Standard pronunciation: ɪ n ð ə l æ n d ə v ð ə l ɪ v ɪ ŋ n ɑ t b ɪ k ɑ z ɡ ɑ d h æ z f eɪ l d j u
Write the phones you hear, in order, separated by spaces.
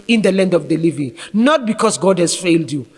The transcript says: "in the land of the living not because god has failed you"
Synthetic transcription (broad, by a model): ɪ n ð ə l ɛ n d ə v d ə l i v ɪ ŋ n ɑ t b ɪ k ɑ s ɡ ɑ d h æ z f eɪ l d j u